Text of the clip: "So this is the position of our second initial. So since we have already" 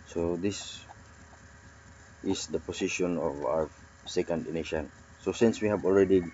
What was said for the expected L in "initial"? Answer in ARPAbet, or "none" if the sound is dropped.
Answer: N